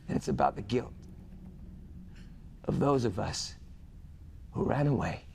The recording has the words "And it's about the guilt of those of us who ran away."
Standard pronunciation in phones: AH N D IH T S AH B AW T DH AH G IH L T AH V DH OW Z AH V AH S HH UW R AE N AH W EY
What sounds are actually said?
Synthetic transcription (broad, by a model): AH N IH T S AH B AW T DH AH G IH L T AH V DH OW Z AH V AH S HH UW R AE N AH W EY